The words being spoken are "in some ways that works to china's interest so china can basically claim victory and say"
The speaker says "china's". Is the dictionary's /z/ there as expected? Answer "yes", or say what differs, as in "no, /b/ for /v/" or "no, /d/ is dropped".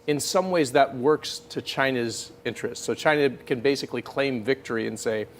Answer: yes